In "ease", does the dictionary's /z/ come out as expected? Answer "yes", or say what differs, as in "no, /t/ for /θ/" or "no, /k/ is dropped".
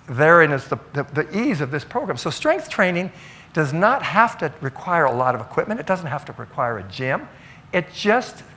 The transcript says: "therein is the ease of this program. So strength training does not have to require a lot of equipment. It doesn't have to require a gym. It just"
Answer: yes